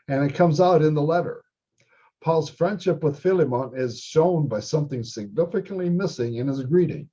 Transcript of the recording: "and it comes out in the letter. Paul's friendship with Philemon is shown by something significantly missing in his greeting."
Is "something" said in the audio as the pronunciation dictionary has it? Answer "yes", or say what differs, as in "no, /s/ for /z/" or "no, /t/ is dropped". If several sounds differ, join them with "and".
yes